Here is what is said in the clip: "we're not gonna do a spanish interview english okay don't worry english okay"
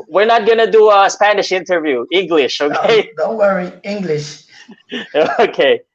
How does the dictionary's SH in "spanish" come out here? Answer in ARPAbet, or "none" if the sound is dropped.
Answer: SH